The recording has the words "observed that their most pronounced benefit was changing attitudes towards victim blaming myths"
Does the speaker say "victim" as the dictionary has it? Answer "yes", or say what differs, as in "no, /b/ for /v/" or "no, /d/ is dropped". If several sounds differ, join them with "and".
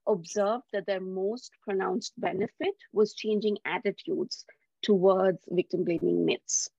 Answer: yes